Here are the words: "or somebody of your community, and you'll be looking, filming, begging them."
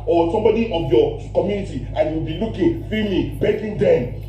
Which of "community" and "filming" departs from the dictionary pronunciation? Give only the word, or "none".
filming